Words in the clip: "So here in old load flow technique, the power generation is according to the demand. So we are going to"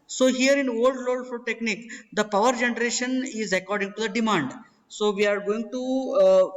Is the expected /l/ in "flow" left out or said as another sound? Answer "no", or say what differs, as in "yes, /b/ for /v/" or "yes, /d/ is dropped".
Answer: yes, /l/ is dropped